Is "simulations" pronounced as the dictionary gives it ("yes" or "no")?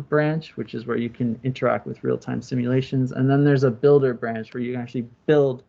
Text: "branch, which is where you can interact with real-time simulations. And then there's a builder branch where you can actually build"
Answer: yes